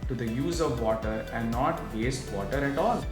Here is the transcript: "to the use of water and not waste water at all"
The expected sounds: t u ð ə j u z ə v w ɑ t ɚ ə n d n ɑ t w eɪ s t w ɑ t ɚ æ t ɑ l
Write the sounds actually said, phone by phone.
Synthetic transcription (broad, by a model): t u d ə j u z ə v ɑ t ɚ ə n d n ɑ t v eɪ s t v ɑ t ɚ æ t ɑ l